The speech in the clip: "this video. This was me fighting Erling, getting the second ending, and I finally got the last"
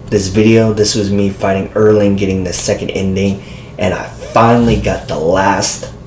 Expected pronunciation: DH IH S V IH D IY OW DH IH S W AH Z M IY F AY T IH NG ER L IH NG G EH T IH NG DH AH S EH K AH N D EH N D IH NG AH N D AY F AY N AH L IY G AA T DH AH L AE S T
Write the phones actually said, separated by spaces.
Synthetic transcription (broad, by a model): DH IH S V IH D IY OW DH IH S W AH Z M IY F AY T IH NG ER L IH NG G EH T IH NG DH AH S EH K AH N D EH N D IH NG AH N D AY F AY N L IY G AA T DH AH L AE S T